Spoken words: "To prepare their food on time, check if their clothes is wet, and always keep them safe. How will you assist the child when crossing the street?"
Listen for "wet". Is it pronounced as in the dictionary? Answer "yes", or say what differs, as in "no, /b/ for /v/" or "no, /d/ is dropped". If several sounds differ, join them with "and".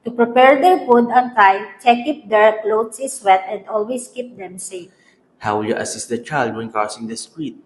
yes